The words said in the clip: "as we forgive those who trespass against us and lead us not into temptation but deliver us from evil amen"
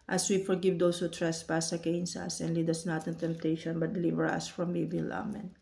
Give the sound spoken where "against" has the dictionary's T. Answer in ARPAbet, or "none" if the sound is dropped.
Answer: none